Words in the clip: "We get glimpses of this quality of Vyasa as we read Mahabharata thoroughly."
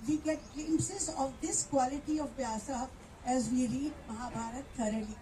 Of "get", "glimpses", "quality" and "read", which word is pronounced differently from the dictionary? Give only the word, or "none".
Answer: glimpses